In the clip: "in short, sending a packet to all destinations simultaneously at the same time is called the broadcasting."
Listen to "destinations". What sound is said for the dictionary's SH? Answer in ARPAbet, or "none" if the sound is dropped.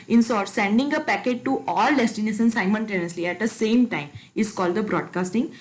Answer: S